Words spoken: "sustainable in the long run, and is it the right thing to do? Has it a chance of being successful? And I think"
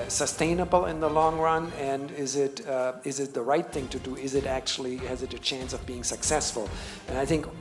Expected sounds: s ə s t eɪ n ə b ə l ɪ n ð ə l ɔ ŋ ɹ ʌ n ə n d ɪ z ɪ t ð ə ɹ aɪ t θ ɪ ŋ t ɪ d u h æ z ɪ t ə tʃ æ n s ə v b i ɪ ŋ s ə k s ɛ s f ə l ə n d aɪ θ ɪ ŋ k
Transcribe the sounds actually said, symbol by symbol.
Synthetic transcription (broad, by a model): s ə s t eɪ n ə b l ɪ n ð ə l ɔ ŋ ɹ ʌ n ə n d ɪ z ɪ t ð ə ɹ aɪ t θ ɪ ŋ t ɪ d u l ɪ z ɪ t ə tʃ æ n s ə v b i ɪ ŋ s ə k s ɛ s f ə l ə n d aɪ θ ɪ ŋ k